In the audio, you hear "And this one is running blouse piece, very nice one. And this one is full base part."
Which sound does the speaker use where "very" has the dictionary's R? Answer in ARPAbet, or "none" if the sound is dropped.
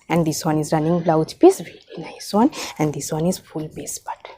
L